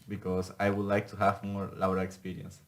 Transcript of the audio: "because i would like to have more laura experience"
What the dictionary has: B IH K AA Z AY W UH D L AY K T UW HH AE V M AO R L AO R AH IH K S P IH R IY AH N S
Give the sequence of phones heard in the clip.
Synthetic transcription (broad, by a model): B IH K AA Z AY W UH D L AY K T UW HH AE V M AO R L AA W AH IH K S P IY R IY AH N S